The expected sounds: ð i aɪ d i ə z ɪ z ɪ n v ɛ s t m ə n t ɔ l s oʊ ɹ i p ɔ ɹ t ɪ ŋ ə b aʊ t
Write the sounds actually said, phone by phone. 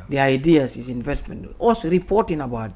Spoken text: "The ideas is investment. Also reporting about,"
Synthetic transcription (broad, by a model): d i aɪ d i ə s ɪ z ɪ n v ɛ s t m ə n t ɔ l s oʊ ɹ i p ɔ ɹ t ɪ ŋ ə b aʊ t